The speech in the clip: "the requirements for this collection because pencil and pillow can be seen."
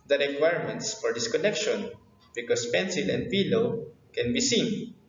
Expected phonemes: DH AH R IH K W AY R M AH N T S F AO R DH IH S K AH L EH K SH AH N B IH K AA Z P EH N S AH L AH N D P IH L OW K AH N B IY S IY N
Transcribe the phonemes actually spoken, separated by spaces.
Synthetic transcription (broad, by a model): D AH R IH K W AY R M AH N T S F AO R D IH S K AH L EH K SH AH N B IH K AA S P EH N S AH L AH N D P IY L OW K AH N B IY S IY N